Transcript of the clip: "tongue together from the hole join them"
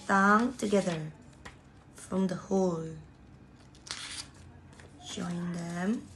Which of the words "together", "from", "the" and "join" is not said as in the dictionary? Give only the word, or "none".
join